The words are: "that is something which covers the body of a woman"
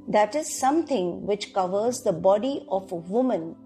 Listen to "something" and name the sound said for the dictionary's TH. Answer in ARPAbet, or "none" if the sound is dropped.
T